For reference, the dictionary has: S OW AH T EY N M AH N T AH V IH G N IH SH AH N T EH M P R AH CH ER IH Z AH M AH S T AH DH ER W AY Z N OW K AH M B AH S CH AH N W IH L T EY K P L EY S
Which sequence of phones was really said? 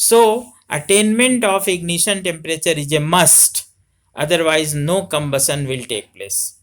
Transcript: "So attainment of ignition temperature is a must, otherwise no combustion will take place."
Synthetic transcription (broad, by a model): S OW AH T EY N M AH N T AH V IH G N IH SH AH N T EH M P R AH CH ER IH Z AH M AH S T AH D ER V AY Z N OW K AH M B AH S AH N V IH L T EY K P L EY S